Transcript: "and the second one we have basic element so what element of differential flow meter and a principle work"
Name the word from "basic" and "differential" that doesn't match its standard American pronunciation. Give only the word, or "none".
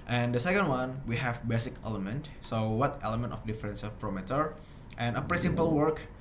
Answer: differential